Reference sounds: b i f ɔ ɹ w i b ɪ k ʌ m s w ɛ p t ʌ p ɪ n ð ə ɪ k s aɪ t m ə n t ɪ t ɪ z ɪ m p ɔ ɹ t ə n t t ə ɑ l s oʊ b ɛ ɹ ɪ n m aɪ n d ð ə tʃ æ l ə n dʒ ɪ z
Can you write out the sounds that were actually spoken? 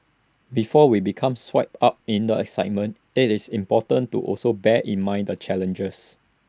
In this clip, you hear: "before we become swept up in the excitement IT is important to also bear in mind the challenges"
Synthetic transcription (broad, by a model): b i f ɔ w i b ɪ k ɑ m s w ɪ p ɑ p ɪ n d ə ɪ k s aɪ t m ə n t ɪ t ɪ s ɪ m p ɔ t ə n t t ɑ l s oʊ b ɛ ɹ ɪ n m aɪ n d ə tʃ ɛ l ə n dʒ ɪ s